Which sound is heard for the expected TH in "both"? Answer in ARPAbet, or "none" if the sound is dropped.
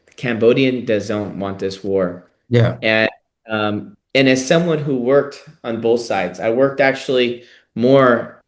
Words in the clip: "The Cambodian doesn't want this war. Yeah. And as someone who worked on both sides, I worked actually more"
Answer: TH